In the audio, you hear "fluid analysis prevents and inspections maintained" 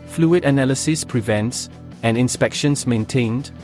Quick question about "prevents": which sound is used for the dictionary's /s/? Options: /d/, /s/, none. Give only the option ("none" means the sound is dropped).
/s/